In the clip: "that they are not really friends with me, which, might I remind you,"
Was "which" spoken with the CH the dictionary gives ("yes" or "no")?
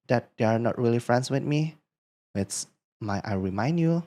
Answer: no